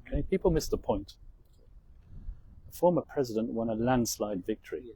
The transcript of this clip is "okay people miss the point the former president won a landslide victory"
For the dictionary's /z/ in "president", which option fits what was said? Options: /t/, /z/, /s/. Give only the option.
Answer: /z/